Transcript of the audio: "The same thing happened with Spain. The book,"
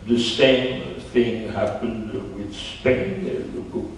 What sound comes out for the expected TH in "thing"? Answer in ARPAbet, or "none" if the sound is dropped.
TH